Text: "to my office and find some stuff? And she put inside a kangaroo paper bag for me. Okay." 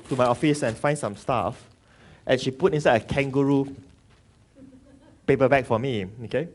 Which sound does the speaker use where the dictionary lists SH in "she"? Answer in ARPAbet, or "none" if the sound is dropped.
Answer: SH